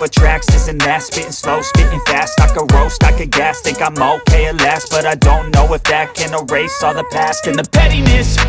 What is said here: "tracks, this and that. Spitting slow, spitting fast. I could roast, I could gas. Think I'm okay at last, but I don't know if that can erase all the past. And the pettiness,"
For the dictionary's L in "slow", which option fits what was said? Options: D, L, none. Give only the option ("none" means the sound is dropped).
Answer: L